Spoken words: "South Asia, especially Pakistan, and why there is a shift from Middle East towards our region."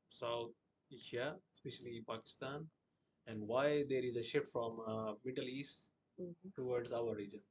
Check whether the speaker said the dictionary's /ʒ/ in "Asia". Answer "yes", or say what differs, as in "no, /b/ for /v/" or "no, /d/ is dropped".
no, /ʃ/ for /ʒ/